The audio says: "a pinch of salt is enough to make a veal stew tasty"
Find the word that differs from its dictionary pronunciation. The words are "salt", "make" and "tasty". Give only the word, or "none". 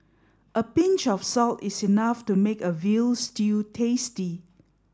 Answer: none